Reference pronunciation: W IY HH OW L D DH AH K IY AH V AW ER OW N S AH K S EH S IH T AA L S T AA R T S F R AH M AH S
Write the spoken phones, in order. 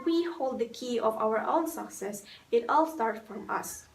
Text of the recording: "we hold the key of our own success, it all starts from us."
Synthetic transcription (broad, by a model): W IY HH OW L D DH AH K IY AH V AW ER OW N S AH K S EH S IH T AA L S T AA R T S F R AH M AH S